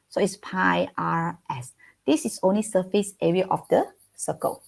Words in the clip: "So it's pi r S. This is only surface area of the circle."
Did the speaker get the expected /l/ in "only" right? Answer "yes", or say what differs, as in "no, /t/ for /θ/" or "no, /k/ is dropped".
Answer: yes